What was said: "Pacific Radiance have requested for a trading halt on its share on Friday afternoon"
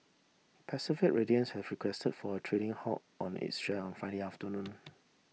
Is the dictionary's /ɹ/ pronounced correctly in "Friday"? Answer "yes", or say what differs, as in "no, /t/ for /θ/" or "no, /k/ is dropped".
no, /ɹ/ is dropped